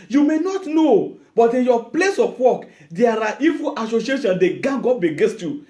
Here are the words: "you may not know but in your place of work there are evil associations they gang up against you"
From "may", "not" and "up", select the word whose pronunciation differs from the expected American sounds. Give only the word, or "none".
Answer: up